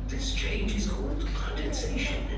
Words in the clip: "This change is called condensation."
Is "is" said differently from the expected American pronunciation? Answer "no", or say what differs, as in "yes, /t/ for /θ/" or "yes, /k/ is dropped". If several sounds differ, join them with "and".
no